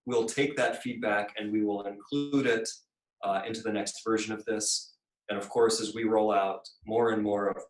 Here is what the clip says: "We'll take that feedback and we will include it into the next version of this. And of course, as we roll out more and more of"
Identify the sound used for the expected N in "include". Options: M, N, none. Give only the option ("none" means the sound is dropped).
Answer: N